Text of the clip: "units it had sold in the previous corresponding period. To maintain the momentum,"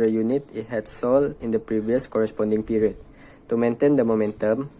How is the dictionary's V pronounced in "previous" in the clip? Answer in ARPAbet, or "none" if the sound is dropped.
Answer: V